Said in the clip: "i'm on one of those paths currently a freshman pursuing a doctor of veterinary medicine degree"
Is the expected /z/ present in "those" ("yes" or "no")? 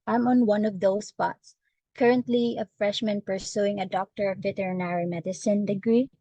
no